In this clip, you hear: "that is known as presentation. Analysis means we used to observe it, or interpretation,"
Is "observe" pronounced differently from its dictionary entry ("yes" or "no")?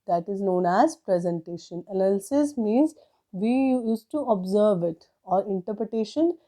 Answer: no